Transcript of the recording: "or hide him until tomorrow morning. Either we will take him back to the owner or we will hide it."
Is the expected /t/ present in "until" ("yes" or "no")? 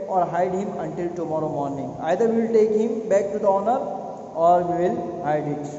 yes